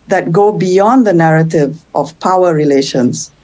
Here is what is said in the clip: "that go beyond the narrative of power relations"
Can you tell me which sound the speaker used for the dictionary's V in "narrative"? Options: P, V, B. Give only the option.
V